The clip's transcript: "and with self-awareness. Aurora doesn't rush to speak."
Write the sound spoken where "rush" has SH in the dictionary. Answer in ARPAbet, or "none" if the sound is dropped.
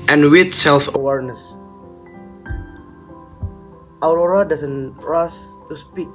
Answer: S